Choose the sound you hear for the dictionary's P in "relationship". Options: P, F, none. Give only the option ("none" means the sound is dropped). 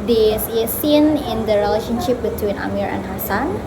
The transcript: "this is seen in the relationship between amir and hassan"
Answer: P